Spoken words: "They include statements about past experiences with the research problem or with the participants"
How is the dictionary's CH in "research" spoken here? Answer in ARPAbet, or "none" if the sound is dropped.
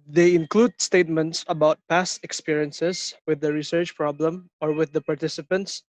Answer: CH